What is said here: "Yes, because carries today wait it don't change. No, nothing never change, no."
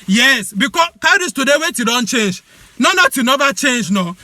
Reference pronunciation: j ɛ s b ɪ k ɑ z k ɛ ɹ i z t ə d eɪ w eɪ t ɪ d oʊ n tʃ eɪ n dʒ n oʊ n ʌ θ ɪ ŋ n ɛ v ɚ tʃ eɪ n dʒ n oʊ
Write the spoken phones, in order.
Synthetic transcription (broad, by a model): j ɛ s b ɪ k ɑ k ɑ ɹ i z t ə d eɪ w eɪ t ɪ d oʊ n tʃ eɪ n dʒ n oʊ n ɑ t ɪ n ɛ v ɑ tʃ eɪ n dʒ n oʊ